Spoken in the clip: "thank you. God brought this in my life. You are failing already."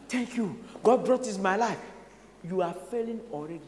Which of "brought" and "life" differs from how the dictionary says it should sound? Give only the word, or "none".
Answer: none